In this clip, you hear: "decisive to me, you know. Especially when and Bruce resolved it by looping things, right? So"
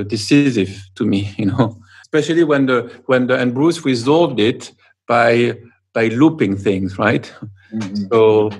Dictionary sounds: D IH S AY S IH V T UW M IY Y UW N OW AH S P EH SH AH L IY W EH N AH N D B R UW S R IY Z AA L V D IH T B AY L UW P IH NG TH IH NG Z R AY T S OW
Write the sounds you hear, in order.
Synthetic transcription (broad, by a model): D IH S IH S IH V T UW M IY Y UW N OW AH S P EH SH AH L IY W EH N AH N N B R UW S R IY Z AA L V D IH T B AY L UW P IH NG TH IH NG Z R AY T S OW